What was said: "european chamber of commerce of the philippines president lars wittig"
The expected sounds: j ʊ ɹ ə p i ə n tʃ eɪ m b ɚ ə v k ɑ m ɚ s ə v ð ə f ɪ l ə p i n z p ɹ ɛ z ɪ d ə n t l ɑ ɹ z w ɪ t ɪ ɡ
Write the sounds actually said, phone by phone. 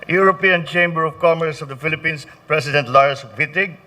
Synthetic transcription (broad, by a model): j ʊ ɹ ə p i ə n tʃ eɪ m b ɚ ə v k ɑ m ɚ s ə v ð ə f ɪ l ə p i n s p ɹ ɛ s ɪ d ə n t l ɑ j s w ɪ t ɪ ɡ